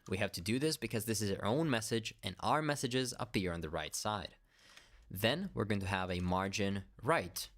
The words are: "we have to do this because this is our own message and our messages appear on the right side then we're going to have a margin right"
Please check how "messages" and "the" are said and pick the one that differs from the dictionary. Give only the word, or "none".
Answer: none